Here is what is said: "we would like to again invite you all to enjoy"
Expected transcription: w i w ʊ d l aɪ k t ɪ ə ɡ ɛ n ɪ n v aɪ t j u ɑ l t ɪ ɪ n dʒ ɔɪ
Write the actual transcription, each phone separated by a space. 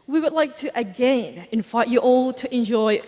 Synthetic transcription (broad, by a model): w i w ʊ d l aɪ k t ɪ ə ɡ ɛ n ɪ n f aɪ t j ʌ ɑ l t ɪ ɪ n dʒ ɔɪ